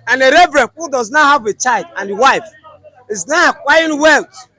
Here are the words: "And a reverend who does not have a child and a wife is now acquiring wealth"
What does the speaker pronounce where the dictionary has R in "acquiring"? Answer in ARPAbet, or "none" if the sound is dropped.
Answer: none